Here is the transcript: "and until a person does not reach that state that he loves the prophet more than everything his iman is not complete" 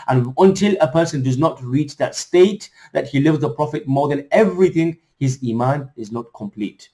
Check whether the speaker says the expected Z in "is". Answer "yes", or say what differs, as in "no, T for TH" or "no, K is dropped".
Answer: yes